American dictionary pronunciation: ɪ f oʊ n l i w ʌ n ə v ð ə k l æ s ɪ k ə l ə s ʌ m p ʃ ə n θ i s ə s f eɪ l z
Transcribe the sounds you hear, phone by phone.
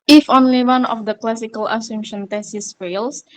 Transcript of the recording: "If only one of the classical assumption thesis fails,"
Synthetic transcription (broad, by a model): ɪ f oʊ n l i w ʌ n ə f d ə k l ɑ s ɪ k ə l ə s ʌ m ʃ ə n t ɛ s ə s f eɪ l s